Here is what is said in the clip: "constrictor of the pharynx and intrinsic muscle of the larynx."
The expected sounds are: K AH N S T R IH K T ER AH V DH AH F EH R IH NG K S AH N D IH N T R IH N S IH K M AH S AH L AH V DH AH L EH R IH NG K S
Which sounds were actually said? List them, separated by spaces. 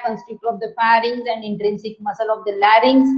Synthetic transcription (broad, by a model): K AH N S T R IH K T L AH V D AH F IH R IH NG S AH N D IH N T R IH N S IH K M AH S AH L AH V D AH L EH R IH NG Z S